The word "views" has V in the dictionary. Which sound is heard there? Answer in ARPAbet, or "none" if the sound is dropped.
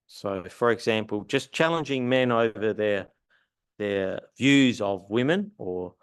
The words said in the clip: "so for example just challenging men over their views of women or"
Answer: V